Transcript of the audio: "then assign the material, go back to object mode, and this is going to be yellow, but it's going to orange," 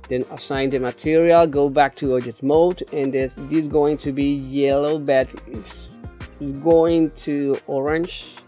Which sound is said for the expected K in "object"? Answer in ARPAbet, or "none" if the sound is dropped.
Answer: none